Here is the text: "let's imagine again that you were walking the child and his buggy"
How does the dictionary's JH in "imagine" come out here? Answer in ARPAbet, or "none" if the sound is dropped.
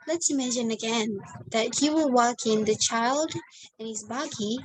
SH